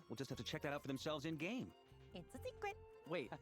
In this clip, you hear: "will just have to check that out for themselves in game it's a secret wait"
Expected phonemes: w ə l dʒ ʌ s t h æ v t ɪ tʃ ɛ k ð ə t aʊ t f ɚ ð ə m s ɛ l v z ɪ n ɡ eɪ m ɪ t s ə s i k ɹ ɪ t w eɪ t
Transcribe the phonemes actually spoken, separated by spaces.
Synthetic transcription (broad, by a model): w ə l dʒ ʌ s t h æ f t ɪ tʃ ɛ k ð ə t aʊ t f ɚ ð ə m s ɛ l v z ɪ n ɡ eɪ m ɪ t s ə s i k ɪ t w eɪ t